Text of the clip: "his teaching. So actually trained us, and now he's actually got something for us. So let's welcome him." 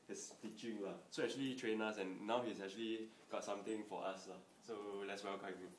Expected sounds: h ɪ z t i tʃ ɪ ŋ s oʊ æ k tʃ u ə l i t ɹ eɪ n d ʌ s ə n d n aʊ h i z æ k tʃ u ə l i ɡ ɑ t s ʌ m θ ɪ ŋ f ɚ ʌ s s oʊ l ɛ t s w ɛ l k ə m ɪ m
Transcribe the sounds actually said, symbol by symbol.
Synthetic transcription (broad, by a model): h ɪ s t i tʃ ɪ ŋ s oʊ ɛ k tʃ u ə l i t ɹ eɪ n ʌ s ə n n aʊ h i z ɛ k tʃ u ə l i ɡ ɑ t s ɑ m t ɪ ŋ f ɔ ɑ s s oʊ l ɛ t s w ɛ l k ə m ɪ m